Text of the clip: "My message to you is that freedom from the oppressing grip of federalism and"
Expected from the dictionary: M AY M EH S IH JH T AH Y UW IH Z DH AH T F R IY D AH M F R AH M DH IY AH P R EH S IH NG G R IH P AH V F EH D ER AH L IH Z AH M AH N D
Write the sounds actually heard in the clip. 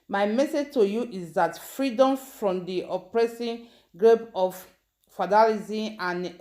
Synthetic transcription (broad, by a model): M AY M EH S IH JH T AH Y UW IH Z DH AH T F R IY D AH M F R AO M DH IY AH P R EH S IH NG G R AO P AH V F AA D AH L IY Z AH AH N